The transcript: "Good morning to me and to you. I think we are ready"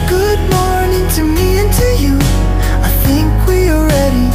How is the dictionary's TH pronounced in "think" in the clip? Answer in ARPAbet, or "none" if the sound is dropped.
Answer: TH